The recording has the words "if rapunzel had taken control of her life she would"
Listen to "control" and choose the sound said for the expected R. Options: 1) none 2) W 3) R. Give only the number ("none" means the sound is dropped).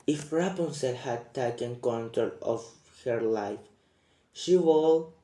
1